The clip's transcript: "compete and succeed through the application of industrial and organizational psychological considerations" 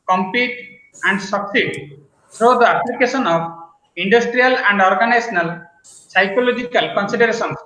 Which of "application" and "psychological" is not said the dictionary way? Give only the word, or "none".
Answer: application